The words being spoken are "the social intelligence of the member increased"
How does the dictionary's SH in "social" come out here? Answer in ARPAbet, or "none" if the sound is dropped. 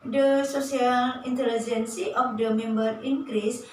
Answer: S